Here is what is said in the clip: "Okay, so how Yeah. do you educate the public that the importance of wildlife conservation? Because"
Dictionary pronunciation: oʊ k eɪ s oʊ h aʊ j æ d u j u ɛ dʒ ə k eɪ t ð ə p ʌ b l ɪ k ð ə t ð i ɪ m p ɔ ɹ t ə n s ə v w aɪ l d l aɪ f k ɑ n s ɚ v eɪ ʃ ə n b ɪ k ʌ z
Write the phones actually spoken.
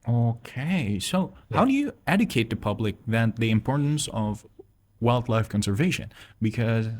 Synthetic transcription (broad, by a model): oʊ k eɪ s oʊ h aʊ d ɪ j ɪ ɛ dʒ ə k eɪ t ð ə p ʌ b l ɪ k ð ə t ð i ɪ m p ɔ ɹ t n s ə v w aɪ l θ l aɪ f k ɑ n s ɚ v eɪ ʃ ə n b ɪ k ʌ z